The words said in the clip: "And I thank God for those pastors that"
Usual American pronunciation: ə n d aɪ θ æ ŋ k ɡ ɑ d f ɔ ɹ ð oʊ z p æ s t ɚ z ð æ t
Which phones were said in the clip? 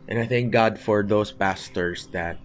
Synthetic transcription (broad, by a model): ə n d aɪ θ æ ŋ k ɡ ɑ d f ɔ ɹ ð oʊ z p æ s t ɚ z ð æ t